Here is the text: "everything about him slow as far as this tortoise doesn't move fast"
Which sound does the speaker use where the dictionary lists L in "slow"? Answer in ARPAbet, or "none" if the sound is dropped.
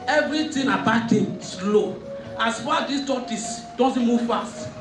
L